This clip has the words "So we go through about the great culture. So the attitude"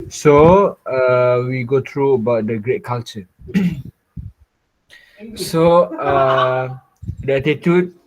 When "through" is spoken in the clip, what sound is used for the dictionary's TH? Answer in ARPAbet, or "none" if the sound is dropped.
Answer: T